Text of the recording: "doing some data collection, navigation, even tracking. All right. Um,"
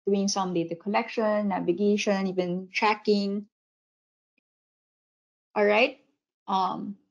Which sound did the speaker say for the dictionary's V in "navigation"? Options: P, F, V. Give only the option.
V